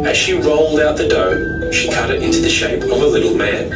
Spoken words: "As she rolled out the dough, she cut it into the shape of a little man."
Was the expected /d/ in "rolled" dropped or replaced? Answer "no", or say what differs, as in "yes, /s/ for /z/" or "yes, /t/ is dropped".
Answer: no